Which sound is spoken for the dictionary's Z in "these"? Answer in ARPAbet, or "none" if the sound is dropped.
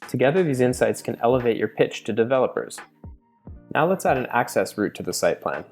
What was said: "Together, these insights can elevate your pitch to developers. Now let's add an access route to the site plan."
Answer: Z